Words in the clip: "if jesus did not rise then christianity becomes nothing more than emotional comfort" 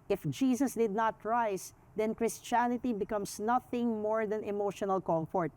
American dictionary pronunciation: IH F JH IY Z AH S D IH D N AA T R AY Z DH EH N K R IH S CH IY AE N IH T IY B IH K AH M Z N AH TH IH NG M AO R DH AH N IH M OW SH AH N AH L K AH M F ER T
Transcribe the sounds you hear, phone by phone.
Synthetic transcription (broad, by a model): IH F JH IY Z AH S D IH D N AA T R AY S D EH N K R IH S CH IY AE N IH T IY B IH K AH M S N AH TH IH NG M AO R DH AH N IH M OW SH AH N AH L K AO M F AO T